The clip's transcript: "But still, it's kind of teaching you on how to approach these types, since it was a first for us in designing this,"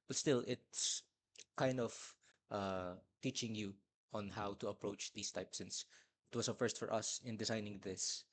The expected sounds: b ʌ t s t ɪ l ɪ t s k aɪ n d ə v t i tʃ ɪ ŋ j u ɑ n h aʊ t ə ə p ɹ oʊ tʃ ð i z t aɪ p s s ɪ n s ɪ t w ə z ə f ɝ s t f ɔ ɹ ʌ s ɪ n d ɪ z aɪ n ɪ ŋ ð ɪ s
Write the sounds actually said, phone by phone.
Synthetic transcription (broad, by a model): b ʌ t s t ɪ l ɪ t s k aɪ n d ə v t i tʃ ɪ ŋ j u ɑ n h aʊ t ə ə p ɹ oʊ tʃ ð i s t aɪ p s s ɪ n s ɪ t w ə s ə f ɝ s t f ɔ ɹ ʌ s ɪ n d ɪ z aɪ n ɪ ŋ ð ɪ s